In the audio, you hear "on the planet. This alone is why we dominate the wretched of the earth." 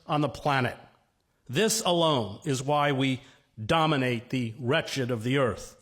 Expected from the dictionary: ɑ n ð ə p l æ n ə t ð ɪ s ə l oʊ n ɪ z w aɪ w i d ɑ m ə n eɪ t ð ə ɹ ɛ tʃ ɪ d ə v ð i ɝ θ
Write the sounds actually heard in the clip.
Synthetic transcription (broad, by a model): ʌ n ð ə p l æ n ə t ð ɪ s ə l oʊ n ɪ z w aɪ w i d ɑ m ə n eɪ t ð ə ɹ ɛ tʃ ɪ d ə v ð i ɝ θ